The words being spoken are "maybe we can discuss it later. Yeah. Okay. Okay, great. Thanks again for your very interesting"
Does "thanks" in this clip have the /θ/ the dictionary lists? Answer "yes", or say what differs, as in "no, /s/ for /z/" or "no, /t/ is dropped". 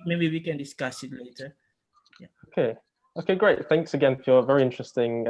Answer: yes